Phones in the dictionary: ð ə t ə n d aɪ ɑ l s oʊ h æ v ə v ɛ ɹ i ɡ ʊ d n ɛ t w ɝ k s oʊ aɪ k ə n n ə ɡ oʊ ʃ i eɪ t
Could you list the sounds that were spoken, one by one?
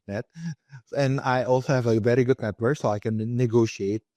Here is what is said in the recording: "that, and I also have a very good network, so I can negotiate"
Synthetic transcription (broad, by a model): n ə t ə n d aɪ ɑ l s oʊ h æ v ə v ɛ ɹ i ɡ ʊ d n ɛ t w ɝ k s oʊ aɪ k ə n n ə ɡ oʊ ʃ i eɪ t